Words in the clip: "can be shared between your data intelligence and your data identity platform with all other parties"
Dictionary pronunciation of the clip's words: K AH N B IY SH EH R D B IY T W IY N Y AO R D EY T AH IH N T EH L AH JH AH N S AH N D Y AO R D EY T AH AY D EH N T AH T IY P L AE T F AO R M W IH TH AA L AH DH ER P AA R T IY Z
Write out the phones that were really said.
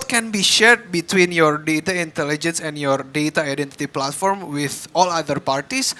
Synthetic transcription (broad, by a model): K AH N B IY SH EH R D B IY T W IY N Y AO R D EY T AH IH N T EH L AH JH AH N S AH N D Y AO R D EY T AH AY D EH N T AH T IY P L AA T F AO R M W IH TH AA L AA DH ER P AA R T IY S